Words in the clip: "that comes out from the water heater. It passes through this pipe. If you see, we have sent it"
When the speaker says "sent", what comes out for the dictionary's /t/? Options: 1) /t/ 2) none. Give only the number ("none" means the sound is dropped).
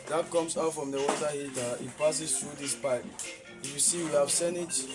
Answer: 2